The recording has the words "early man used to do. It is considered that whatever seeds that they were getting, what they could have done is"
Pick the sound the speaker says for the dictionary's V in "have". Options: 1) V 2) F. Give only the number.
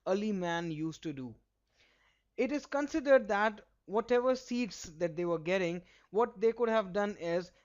1